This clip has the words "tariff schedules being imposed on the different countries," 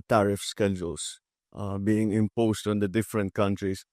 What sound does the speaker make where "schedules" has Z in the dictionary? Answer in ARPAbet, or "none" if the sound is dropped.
S